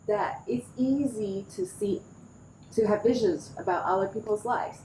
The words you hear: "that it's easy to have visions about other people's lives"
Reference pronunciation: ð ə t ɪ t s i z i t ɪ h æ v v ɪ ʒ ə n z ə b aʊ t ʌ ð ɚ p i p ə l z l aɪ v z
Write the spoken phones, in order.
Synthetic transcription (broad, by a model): ð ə t ɪ t s i z i t ɪ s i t v ɪ ʒ ə n z ə b aʊ t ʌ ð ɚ p i p l z l aɪ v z